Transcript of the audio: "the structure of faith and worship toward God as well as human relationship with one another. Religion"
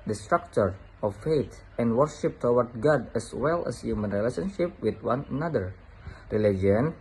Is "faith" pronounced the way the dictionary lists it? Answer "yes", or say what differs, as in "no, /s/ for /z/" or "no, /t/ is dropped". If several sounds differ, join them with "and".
no, /t/ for /θ/